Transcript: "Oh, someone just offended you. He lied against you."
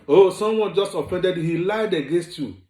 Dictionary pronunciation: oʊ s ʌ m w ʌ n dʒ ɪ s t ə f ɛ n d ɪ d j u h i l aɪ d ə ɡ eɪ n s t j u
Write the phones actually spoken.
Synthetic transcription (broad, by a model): oʊ s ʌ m w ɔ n dʒ ɪ s t ə f ɛ n d ɪ d h i l aɪ d ə ɡ eɪ n s t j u